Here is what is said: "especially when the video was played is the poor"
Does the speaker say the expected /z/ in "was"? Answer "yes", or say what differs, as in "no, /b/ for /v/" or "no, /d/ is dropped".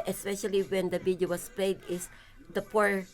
no, /s/ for /z/